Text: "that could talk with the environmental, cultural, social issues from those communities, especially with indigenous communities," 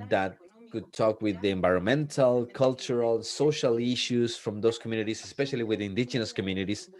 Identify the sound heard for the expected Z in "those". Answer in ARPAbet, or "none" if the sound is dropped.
S